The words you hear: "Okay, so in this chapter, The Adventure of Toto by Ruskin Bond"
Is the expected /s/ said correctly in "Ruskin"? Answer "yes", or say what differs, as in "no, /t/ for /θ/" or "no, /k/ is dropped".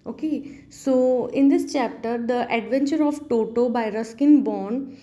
yes